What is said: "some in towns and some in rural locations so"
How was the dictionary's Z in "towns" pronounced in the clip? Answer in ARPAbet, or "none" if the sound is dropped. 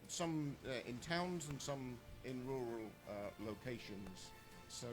Z